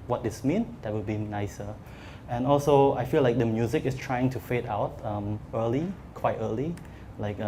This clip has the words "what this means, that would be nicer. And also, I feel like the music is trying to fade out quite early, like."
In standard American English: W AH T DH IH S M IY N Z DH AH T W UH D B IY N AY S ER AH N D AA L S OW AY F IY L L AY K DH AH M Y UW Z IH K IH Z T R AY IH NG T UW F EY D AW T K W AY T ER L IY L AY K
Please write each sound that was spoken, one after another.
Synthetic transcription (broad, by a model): W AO T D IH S M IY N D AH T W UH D B IY N AY S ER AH N AA L S OW AY F IY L L AY K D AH M Y UW Z IH K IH S T R AY IH NG T UW F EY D AW T K W AY T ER L IY L AY K